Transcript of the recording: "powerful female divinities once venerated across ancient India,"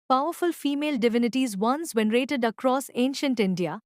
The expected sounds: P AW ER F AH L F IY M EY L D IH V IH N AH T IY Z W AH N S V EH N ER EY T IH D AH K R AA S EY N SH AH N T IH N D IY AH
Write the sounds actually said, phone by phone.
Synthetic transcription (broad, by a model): P AW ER F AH L F IY M EY L D IH V IH N AH T IY Z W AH N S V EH N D EY T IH D AH K R AA S EY N SH AH N T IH N D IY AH